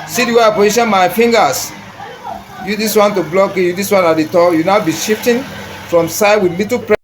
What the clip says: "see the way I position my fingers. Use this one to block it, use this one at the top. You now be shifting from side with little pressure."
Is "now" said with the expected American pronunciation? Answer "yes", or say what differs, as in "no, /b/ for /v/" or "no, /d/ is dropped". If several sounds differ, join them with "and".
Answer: yes